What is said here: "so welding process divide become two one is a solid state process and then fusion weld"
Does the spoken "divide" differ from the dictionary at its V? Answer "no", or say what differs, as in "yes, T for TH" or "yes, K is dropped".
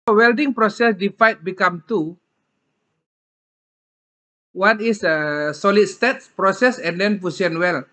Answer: yes, F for V